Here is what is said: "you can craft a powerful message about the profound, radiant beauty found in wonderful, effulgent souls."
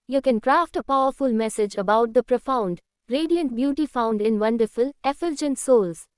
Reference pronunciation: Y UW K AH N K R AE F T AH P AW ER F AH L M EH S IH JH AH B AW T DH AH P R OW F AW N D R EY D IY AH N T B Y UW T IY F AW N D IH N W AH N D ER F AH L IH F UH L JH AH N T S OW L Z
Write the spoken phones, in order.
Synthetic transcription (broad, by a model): Y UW K AH N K R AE F T AH P AW ER F AH L M EH S IH JH AH B AW T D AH P R OW F AW N D R EY D IY AH N T B Y UW T IY F AW N D IH N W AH N D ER F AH L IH F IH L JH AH N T S OW L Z